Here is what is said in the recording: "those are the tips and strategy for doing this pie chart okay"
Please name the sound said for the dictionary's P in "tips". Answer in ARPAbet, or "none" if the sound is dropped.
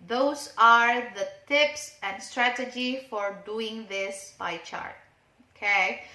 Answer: P